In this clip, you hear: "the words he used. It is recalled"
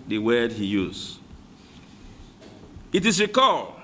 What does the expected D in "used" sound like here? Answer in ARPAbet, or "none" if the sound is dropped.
none